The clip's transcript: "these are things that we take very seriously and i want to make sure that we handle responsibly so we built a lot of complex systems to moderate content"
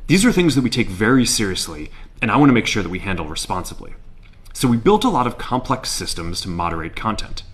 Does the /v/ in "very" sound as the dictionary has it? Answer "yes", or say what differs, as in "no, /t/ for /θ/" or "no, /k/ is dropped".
yes